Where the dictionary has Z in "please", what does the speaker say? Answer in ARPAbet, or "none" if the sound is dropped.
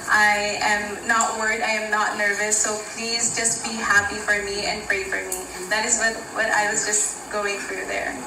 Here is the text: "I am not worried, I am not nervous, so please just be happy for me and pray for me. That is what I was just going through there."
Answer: Z